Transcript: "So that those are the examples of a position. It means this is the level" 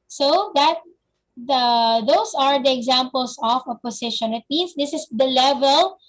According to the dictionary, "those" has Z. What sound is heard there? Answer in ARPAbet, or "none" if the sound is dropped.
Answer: S